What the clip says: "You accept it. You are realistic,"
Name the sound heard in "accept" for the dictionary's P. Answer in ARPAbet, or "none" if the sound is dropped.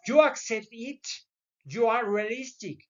none